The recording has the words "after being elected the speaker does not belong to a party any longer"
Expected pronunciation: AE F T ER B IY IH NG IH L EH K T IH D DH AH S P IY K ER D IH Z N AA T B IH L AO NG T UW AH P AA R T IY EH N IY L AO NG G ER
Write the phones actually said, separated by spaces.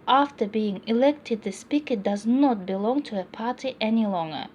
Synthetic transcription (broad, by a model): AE F T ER B IY IH NG IH L EH K T IH D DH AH S P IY K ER D IH Z N AA T B IH L AO NG T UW AH P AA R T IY EH N IY L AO NG G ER